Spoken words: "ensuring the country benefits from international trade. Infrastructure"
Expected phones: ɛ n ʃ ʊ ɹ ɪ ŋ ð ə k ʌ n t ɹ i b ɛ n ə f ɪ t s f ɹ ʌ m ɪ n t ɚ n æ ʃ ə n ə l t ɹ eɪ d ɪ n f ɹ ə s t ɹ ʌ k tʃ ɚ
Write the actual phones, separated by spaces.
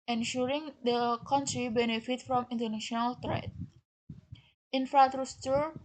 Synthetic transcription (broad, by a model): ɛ n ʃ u ɹ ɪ ŋ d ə k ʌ n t ɹ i b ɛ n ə f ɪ t f ɹ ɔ m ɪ n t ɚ n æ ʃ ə n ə l t ɹ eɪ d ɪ n f ɹ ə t ɹ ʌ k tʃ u